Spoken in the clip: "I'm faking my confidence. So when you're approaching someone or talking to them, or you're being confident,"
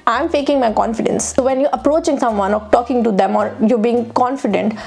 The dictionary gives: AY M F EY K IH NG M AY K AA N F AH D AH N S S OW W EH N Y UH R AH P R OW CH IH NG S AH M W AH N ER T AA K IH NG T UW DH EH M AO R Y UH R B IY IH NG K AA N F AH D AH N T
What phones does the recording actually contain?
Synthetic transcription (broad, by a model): AY M F EY K IH NG M AY K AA N F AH D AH N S S OW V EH N Y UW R AH P R OW CH IH NG S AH M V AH N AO T AA K IH NG T UW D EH M AO R Y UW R B IY IH NG K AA N F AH D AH N T